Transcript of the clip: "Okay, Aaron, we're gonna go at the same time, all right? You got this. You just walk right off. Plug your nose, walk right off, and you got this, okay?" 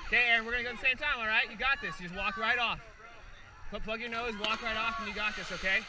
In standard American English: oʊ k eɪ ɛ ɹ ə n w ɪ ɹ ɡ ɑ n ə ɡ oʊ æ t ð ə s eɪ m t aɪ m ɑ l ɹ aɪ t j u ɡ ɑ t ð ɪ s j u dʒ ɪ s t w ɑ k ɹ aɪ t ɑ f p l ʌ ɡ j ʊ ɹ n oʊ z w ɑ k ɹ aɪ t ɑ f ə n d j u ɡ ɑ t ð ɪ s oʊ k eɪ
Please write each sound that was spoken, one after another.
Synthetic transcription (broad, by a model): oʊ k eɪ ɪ ə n w ɪ ɹ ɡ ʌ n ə ɡ oʊ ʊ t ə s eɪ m t aɪ m ɑ l ɹ aɪ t j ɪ ɡ ɑ t ð ɪ s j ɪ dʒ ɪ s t w ɑ k ɹ aɪ t ɑ f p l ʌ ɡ j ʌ ɹ n oʊ z w ɑ k ɹ aɪ t ɑ f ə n j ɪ ɡ ɑ t ð ɪ s oʊ k eɪ